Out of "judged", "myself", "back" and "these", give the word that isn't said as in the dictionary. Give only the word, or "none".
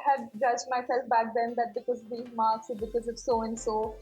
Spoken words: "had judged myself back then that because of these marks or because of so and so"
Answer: these